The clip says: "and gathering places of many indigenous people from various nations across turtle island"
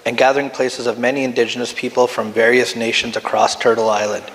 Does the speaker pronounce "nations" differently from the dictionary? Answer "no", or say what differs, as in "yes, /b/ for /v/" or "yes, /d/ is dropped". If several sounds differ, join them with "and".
no